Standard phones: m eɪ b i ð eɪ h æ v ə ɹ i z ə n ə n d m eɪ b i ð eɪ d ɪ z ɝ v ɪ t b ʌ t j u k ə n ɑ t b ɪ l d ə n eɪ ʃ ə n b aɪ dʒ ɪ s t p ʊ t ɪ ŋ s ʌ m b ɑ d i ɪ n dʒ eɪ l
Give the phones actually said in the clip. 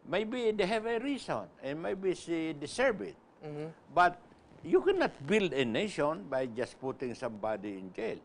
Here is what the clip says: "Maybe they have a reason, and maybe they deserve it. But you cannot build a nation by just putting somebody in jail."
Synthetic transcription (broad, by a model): m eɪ b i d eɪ h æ v ə ɹ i s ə n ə n m eɪ b i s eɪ d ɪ s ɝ b ɪ t b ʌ t j u k ə n ɑ t b ɪ l d ə n eɪ ʃ ə n b aɪ dʒ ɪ s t p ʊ t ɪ ŋ s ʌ m b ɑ d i ɪ n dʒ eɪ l